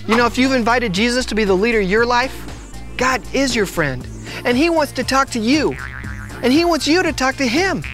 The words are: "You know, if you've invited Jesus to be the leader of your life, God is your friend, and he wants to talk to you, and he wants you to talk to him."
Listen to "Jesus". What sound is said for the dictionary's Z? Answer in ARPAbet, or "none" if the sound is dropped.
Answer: Z